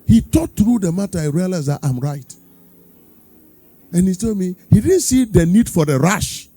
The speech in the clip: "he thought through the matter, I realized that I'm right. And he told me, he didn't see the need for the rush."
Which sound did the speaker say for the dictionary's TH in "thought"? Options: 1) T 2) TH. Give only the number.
1